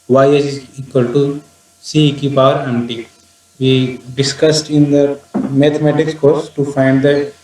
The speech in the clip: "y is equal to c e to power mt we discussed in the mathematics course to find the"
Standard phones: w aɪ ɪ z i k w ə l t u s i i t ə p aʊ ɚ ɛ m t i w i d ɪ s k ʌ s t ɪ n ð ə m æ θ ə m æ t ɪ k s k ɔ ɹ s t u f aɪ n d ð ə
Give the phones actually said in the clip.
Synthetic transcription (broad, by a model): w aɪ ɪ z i k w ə l t u s i i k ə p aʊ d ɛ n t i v i d ɪ s k ʌ s t ɪ n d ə m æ t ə m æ t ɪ k s k ɔ ɹ s t u f aɪ n d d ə